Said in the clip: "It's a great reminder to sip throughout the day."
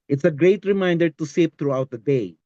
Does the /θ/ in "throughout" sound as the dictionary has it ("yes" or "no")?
no